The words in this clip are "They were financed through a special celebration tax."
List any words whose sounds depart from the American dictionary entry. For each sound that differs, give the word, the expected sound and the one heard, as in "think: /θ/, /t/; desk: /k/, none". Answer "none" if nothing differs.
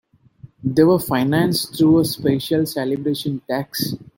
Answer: through: /θ/, /t/